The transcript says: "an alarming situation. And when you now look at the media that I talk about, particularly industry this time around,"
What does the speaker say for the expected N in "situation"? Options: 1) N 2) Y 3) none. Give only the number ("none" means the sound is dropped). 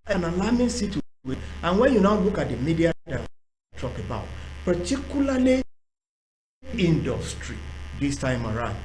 3